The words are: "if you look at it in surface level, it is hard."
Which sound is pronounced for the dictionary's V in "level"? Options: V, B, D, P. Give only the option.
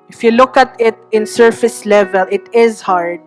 V